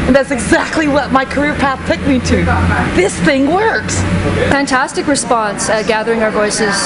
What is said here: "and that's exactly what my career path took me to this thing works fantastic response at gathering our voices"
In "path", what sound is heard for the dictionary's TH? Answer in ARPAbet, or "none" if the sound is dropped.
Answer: TH